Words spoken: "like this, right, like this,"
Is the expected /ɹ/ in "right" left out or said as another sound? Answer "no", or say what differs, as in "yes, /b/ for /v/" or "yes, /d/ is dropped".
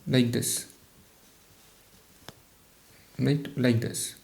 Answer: yes, /l/ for /ɹ/